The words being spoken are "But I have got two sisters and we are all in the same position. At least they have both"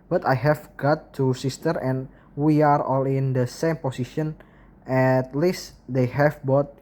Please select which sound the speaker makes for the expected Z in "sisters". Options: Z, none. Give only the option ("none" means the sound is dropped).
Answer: none